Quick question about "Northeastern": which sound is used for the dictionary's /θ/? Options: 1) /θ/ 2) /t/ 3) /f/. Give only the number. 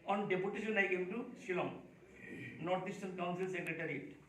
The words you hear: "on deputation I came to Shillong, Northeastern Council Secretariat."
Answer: 2